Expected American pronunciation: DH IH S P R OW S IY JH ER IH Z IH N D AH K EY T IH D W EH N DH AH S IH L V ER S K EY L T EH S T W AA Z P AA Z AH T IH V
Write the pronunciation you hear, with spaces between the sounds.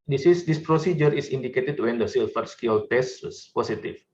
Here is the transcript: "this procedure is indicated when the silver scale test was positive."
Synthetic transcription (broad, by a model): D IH S P R OW S IY JH ER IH S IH N D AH K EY T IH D W EH N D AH S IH L F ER S K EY L T EH S T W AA S P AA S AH T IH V